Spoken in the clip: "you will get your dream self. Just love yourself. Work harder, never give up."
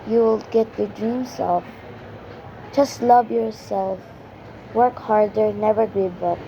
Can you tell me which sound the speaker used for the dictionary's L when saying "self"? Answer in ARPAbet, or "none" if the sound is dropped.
none